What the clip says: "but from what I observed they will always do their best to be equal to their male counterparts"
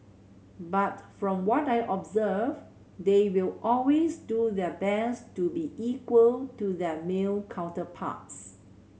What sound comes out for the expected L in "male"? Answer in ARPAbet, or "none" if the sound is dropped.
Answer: L